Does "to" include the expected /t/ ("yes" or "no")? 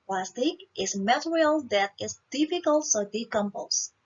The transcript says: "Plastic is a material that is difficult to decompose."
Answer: no